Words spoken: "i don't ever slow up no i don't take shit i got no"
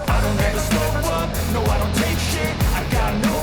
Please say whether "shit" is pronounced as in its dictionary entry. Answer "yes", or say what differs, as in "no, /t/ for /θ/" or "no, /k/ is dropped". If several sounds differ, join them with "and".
no, /t/ is dropped